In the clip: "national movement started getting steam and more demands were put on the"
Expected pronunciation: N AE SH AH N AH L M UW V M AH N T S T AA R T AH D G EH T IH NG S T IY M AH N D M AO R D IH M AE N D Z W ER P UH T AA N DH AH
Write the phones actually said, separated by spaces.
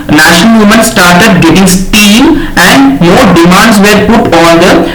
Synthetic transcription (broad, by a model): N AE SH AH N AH L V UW M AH N S T AA R T AH D G EH T IH NG S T IY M AH N D M AO R D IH M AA N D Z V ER P UH T AA N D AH